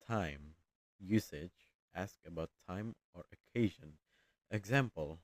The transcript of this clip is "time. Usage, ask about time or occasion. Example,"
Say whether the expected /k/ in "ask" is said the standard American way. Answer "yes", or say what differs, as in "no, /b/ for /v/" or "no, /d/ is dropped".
yes